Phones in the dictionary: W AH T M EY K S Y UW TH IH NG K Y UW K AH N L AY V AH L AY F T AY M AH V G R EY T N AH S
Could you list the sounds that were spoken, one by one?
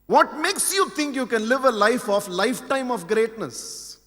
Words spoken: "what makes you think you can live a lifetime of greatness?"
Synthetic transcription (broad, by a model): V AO T M EY K S Y UW T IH NG K Y UW K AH N L AY F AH L AY F T AY M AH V G R EY T N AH S